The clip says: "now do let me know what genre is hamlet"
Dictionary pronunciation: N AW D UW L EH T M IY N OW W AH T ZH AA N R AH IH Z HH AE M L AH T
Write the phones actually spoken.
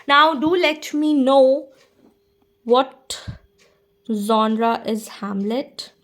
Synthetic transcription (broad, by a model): N AW D UW L EH T M IY N OW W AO T Z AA N R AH IH Z HH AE M L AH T